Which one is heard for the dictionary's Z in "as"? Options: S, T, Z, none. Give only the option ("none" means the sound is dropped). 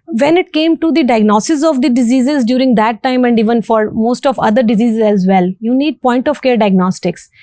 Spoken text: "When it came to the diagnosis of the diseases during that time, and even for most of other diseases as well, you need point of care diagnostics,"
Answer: Z